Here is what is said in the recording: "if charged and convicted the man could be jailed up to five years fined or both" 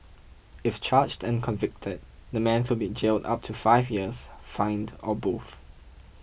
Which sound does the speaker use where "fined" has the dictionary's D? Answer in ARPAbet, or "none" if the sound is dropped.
D